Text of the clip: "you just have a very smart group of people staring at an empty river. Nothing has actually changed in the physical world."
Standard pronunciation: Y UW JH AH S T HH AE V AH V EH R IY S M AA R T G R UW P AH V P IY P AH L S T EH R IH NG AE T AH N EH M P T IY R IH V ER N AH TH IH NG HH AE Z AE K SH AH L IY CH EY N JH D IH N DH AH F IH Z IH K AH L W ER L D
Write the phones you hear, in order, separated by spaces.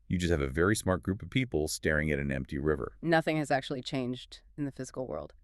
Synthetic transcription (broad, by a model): Y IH JH AH S T HH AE V AH V EH R IY S M AA R T G R UW P AH V P IY P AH L S T EH R IH NG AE T N EH M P T IY R IH V ER N AH TH IH NG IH Z AE K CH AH L IY CH EY N JH D IH N DH AH F IH Z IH K L W ER L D